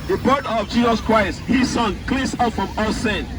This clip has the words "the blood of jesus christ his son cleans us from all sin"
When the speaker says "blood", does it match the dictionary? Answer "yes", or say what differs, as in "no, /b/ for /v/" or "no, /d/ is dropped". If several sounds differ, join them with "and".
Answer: no, /l/ is dropped